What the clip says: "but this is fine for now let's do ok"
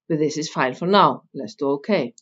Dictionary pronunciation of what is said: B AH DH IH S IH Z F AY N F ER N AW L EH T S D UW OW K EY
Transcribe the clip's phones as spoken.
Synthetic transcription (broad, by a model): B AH DH IH S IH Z F AY L F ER N AW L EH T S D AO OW K EY